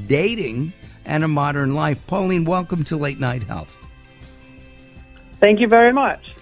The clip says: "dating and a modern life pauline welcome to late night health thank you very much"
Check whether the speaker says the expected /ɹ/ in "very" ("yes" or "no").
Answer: yes